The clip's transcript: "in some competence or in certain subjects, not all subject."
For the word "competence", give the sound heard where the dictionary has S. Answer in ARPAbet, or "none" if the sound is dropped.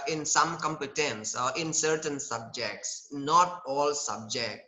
S